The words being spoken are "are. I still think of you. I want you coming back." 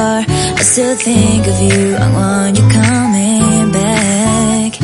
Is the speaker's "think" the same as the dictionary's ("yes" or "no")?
yes